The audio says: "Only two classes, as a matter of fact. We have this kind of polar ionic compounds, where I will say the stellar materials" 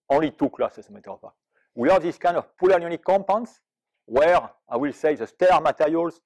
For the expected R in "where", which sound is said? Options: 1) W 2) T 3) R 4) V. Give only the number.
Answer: 3